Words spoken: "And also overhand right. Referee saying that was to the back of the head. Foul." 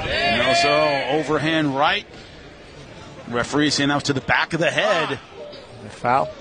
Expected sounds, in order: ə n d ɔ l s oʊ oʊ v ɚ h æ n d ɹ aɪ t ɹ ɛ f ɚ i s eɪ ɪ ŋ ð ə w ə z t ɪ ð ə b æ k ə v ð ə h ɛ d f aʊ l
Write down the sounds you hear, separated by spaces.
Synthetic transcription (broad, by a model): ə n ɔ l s oʊ oʊ v ɚ h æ n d ɹ aɪ t ɹ ɛ f ɚ i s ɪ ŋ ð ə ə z t ɪ ð ə b æ k ə v ð ə h ɛ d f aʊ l